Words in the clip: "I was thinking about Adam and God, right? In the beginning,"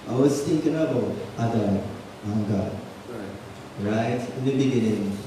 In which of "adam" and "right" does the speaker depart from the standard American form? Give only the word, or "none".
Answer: adam